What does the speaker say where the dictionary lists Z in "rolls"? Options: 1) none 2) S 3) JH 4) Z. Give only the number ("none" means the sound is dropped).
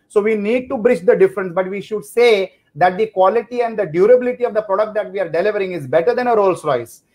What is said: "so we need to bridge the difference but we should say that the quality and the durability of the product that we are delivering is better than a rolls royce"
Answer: 2